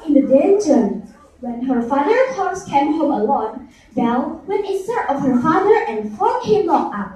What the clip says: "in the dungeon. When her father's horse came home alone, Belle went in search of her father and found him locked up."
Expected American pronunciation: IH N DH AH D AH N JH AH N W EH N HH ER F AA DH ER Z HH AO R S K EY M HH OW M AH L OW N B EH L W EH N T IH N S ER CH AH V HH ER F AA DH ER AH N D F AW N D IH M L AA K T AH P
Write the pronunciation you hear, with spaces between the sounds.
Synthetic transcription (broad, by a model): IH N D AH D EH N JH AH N W EH N HH ER F AA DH ER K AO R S K EY M HH OW M AH L OW N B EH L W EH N IH S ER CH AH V HH ER F AA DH ER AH N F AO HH IH M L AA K AA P